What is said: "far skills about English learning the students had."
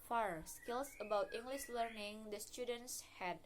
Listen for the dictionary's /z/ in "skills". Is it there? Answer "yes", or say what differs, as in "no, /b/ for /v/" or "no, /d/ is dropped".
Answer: no, /s/ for /z/